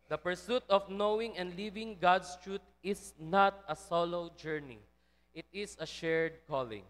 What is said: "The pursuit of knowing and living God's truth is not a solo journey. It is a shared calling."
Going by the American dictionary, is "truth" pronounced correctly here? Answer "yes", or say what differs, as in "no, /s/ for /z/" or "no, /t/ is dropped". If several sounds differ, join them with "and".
no, /t/ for /θ/